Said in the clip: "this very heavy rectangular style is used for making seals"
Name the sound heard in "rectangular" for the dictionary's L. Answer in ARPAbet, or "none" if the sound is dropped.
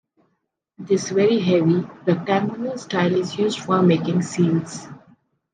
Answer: N